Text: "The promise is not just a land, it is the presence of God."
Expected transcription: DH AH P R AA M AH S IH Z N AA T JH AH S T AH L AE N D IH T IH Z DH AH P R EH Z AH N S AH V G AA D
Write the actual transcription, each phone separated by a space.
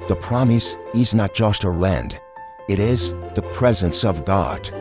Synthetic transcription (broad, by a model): DH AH P R AA M AH S IH Z N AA T JH AH S T AH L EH N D IH T IH Z DH AH P R EH Z AH N S AH V G AA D